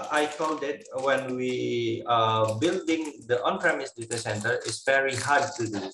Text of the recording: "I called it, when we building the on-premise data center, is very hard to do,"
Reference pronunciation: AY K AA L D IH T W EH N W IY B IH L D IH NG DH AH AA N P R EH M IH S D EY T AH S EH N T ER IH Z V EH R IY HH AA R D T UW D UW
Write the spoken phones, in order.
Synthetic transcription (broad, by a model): AY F AA N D IH T W EH N W IY B IH L D IH NG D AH AA N P R EH M IH S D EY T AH S EH N T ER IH S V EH R IY HH AA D T UW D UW